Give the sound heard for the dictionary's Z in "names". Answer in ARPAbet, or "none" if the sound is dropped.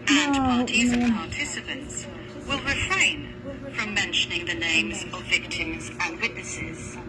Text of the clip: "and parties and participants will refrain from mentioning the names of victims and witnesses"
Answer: Z